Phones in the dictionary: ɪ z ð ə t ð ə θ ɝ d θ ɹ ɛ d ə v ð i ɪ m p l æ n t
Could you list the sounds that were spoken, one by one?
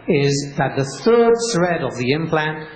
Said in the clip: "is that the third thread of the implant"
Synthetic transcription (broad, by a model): ɪ z ð ə t ð ə θ ɝ d s ɹ ɛ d ə v ð i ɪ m p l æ n t